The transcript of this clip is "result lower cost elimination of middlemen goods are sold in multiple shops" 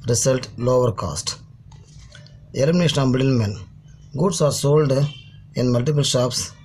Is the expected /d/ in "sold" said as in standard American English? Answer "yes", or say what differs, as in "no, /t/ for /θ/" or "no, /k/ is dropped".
yes